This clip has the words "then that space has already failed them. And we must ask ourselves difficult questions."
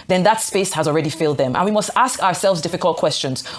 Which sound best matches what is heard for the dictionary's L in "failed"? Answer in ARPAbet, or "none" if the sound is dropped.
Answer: L